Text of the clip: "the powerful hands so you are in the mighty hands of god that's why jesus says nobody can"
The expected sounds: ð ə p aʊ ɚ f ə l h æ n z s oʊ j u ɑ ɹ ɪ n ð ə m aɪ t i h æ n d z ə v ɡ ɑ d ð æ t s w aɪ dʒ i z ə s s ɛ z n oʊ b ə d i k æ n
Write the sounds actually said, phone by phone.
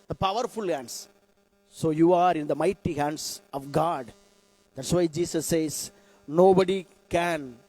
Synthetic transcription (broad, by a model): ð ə p aʊ ɚ f ə l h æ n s s oʊ j u ɑ ɹ ɪ n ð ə m aɪ t i h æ n d s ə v ɡ ɑ d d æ t s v aɪ dʒ i s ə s s ɛ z n oʊ b ə d i k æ n